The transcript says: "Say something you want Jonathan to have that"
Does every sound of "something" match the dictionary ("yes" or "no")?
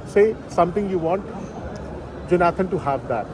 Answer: no